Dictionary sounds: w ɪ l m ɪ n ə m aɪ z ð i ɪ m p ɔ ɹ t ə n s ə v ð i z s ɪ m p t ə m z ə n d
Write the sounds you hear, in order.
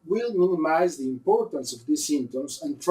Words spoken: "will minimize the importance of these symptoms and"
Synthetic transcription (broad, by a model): w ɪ l m ɪ n ə m aɪ z ð i ɪ m p ɔ ɹ t ə n s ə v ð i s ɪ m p t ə m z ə n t